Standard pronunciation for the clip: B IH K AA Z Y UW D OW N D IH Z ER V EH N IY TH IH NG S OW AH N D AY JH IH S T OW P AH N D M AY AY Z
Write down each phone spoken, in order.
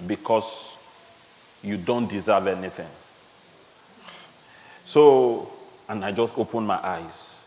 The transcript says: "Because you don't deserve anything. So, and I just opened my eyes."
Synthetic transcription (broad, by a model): B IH K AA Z Y UW D OW N D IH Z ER V EH N IY TH IH NG S OW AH N AY JH IH S T OW P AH N M AY AY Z